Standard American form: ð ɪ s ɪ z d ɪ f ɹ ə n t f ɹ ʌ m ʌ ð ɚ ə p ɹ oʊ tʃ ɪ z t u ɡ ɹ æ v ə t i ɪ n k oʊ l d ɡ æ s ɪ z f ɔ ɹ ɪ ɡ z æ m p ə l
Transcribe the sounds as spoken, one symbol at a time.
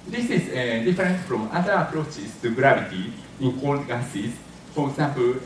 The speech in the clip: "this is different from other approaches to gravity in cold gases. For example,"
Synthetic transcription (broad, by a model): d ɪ s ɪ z d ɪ f ɹ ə n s f ɹ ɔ m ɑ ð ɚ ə p ɹ oʊ tʃ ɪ s t u ɡ ɹ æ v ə t i ɪ n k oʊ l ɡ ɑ s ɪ s f ɔ ɹ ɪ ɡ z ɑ m p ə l